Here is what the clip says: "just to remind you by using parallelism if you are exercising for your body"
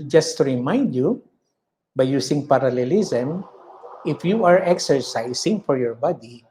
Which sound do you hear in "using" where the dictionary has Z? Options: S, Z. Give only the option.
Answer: S